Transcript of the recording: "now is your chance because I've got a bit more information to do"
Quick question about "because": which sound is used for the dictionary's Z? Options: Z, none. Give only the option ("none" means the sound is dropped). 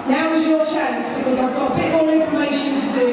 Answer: Z